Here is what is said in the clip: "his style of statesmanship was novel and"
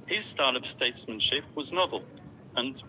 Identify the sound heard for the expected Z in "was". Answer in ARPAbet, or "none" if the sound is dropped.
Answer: Z